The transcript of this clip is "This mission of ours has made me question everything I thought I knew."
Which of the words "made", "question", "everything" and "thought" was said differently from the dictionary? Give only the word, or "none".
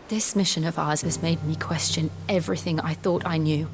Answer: none